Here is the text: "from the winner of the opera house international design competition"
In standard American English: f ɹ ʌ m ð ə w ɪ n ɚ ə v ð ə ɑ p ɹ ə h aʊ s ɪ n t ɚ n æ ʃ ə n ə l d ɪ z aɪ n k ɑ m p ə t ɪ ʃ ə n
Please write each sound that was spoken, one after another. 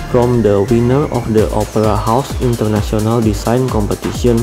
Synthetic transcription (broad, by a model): f ɹ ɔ m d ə w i n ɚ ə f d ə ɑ p ɹ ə h aʊ s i n t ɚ n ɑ s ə n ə l d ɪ s aɪ n k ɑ m p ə t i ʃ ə n